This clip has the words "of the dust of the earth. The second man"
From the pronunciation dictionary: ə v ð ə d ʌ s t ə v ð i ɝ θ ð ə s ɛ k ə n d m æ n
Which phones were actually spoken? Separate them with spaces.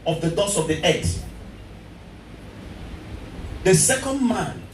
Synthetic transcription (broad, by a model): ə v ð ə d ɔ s ə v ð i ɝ t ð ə s ɛ k ə n d m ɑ n